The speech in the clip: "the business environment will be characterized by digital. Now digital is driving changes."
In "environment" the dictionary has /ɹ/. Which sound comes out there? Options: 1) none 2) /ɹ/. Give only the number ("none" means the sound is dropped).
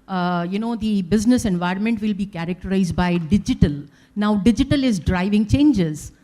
2